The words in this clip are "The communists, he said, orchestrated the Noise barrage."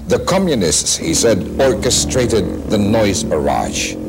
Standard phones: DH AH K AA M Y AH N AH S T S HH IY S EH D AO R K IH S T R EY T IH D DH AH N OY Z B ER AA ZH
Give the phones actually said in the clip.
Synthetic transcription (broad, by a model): DH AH K AA M Y AH N AH S T S HH IY S EH D AO R K IH S T R EY T IH D DH AH N OY Z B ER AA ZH